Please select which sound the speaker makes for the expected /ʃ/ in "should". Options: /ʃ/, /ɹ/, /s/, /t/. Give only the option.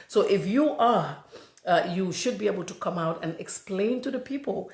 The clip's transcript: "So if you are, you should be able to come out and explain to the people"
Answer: /ʃ/